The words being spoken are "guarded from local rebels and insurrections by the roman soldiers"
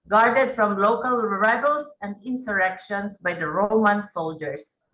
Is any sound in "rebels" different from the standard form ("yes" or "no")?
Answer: yes